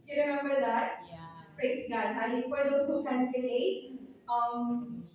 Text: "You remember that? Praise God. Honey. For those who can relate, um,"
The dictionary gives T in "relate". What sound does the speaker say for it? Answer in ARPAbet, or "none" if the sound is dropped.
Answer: none